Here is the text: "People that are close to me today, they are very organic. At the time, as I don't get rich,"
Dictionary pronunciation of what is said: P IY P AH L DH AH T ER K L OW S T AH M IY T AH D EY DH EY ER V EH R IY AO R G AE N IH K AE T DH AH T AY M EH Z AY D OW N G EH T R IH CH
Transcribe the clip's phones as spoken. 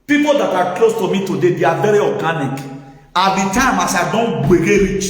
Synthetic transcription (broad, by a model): P IY P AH L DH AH T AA K L OW S T AH M IY T AH D EY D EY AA V EH R IY AO G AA N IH K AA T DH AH T AY M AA S AY D OW N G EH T R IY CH